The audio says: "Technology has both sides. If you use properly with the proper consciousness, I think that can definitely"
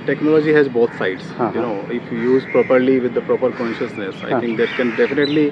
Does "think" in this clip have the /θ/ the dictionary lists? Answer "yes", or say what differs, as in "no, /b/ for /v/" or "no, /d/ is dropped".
no, /t/ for /θ/